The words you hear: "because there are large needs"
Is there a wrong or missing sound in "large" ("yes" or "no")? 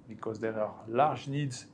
yes